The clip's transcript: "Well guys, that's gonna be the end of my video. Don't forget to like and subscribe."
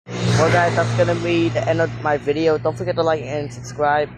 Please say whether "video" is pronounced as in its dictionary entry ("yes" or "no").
yes